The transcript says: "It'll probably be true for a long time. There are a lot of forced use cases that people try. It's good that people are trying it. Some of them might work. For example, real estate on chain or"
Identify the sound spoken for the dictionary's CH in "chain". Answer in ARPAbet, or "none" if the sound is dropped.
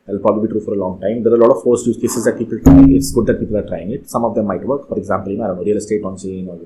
S